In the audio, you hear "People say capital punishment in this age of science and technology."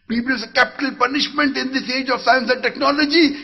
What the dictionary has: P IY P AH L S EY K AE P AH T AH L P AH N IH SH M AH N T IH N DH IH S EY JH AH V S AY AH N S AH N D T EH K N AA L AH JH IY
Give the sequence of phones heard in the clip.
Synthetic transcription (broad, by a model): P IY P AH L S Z K AE P AH T AH L P AH N IH SH M AH N T IH N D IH S EY JH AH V S AY AH N S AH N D T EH K N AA L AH JH IY